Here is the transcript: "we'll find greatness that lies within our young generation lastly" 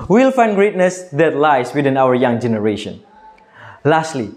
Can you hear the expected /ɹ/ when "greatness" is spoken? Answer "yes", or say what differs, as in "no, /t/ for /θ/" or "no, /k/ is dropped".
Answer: yes